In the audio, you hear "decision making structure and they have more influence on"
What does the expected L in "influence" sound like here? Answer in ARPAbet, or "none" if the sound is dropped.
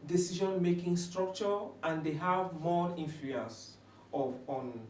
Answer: none